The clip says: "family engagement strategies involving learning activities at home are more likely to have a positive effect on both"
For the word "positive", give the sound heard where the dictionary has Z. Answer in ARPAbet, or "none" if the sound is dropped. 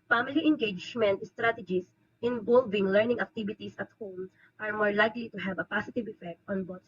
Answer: S